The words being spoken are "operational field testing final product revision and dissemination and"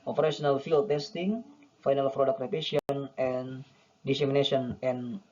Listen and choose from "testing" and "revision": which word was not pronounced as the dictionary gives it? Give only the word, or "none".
revision